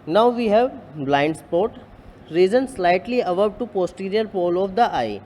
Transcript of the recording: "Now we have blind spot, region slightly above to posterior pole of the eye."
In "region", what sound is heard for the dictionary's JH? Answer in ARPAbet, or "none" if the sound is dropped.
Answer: Z